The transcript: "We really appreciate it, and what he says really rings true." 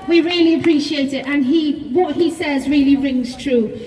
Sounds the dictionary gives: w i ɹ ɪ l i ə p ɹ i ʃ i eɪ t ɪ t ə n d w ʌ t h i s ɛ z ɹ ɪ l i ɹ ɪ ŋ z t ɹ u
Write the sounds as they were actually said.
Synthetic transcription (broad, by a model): w i ɹ ɪ l i ə p ɹ i ʃ i eɪ t ɪ t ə n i w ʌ t h i s ɛ z ɹ ɪ l i ɹ ɪ ŋ z t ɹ u